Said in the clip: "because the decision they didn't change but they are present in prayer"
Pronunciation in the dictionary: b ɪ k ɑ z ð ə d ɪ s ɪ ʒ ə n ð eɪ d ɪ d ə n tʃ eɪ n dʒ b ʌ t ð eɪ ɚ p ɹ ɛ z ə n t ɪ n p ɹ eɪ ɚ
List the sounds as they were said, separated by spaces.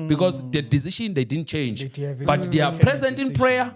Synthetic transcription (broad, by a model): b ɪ k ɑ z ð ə d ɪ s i ʃ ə n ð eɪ d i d n tʃ eɪ n dʒ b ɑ t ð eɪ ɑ p ɹ ɛ z ə n t ɪ n p ɹ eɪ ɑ